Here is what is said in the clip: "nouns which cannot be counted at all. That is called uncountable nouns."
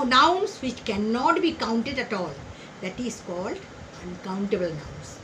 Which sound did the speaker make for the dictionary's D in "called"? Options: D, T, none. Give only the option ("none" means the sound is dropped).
D